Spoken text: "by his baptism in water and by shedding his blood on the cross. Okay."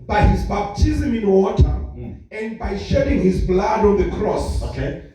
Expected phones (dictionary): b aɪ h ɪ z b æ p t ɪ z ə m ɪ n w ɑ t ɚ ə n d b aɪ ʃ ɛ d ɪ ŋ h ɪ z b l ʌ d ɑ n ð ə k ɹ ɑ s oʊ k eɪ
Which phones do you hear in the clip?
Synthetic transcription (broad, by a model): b aɪ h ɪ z b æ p t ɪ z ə m ɪ n w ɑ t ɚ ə n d b aɪ ʃ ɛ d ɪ ŋ h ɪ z b l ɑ d ɑ n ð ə k ɹ ɑ s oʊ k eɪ